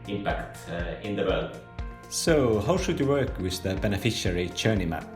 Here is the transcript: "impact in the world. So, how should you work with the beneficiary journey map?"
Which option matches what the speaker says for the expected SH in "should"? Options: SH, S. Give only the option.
SH